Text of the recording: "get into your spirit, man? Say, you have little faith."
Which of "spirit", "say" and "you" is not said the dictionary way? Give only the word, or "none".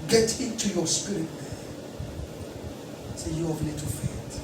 none